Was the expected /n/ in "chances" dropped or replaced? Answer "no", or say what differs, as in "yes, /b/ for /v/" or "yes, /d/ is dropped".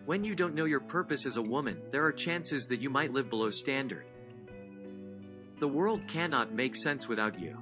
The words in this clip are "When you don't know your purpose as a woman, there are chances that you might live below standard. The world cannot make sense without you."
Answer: no